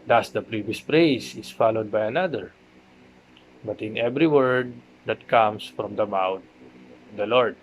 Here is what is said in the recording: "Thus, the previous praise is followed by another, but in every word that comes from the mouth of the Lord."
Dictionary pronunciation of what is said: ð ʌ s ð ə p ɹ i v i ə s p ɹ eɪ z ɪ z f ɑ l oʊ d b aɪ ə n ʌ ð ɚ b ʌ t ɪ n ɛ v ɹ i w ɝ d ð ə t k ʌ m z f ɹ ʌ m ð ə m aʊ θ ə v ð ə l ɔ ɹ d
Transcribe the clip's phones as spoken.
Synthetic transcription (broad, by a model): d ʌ s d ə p ɹ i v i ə s p ɹ eɪ s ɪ s f ɑ l oʊ d b aɪ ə n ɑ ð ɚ b ʌ t ɪ n ɛ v ɹ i w ɝ d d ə t k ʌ m s f ɹ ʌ m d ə m aʊ t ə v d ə l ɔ ɹ d